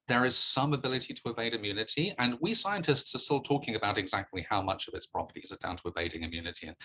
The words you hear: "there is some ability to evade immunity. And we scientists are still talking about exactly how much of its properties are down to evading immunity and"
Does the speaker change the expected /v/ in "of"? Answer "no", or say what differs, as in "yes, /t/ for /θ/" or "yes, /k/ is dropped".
no